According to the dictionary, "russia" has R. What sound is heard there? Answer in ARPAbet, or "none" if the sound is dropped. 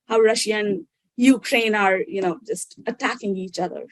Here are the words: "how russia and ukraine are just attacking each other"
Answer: R